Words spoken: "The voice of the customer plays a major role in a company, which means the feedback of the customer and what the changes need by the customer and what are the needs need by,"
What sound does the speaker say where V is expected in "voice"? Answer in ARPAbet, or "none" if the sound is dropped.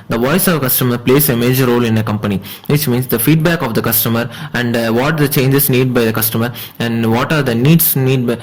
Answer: V